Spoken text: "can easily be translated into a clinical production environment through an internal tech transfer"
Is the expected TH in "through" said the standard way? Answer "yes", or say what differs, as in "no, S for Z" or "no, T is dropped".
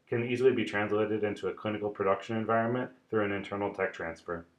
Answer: yes